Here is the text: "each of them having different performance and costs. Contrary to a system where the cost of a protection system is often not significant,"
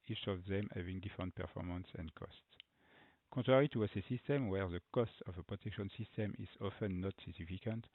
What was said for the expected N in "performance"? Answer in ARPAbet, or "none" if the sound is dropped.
N